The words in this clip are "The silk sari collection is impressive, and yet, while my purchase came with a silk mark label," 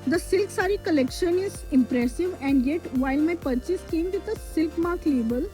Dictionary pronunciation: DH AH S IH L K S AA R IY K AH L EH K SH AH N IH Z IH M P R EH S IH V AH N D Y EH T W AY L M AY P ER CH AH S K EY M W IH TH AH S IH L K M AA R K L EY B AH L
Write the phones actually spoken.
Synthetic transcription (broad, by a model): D AH S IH L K S AA R IY K AH L EH K SH AH N IH Z IH M P R EH S IH V AH N D Y EH T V AY L M AY P ER CH AH S K EY M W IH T AH S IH L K M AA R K L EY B AH L